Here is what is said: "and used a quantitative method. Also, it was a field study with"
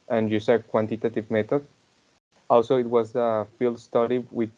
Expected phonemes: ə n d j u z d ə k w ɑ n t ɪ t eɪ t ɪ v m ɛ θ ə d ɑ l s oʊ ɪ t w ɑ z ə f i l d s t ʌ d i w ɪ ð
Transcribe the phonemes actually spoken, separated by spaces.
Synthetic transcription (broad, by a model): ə n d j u s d k w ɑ n t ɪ t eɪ t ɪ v m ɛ t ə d ɑ l s oʊ ɪ t w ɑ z ə f i l d s t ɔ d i w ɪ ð